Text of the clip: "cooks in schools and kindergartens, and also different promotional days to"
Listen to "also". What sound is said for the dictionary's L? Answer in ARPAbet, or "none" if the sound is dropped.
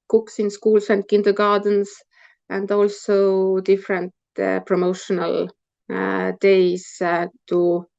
L